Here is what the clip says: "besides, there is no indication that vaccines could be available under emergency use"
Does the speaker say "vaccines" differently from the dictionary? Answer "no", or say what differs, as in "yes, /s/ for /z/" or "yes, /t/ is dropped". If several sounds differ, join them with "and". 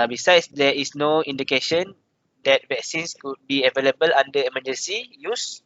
yes, /s/ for /z/